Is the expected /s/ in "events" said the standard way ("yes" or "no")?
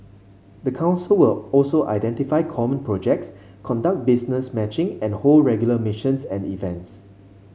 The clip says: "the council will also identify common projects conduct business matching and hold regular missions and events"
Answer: yes